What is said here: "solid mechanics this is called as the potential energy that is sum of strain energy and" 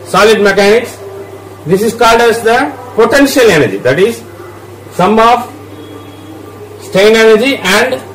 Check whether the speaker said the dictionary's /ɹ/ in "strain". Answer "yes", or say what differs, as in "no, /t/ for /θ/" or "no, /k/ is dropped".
no, /ɹ/ is dropped